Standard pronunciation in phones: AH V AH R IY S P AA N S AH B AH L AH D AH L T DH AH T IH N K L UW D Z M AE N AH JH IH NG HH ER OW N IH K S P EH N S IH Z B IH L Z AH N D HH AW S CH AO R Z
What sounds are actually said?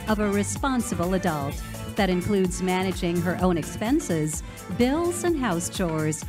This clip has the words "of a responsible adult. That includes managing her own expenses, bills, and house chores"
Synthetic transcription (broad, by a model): AH V AH R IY S P AA N S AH B L AH D AH L T DH AH T IH N K L UW D Z M AE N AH JH IH NG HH ER OW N IH K S P EH N S IH Z B IH L Z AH N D HH AW S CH AO R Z